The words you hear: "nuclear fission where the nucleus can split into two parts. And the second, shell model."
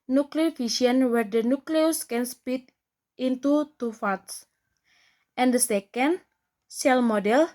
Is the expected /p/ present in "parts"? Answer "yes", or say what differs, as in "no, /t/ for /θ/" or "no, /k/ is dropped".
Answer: no, /f/ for /p/